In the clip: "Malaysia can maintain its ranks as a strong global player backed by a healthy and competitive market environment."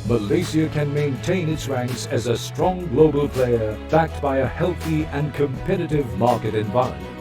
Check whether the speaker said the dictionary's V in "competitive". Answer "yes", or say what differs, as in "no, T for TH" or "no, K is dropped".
yes